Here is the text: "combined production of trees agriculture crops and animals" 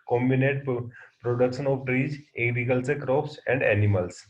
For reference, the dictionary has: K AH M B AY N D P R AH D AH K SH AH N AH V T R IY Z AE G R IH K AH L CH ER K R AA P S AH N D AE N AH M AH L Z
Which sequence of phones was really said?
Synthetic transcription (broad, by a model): K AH M B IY N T P R AH D AH K SH AH N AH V T R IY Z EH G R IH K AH L S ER K R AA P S AH N D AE N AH M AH L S